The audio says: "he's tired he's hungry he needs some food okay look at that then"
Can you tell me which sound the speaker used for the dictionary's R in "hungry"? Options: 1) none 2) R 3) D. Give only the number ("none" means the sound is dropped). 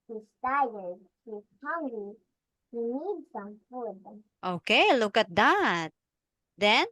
1